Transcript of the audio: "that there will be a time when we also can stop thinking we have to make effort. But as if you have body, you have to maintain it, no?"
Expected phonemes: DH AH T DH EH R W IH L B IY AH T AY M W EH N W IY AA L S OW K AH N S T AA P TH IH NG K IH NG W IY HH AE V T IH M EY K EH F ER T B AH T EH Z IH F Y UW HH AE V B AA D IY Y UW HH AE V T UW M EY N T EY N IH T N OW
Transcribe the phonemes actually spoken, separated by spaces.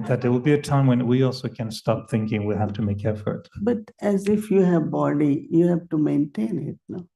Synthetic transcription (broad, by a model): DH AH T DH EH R W IH L B IY AH T AY M W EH N W IY AA L S OW K AH N S T AA P TH IH NG K IH NG W IY HH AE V T IH M EY K EH F ER T B AH T EH Z IH F Y UW HH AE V B AA D IY Y UW HH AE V T UW M EY N T EY N IH T N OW